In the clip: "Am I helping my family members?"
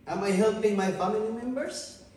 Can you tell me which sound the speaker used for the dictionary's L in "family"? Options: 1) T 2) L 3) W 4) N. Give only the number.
4